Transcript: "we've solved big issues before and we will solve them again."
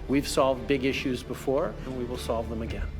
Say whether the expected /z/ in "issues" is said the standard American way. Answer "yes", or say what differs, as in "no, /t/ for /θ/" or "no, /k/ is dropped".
yes